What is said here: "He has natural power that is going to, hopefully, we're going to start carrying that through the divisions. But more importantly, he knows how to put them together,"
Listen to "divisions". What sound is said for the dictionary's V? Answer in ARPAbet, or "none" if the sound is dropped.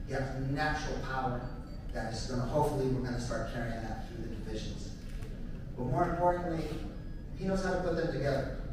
V